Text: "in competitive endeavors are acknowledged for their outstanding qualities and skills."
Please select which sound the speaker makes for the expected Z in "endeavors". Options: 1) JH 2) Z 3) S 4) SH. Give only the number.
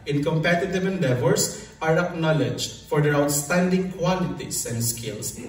3